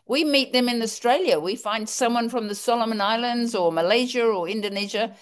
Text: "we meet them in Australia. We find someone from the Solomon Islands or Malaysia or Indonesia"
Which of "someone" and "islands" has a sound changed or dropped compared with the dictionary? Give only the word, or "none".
none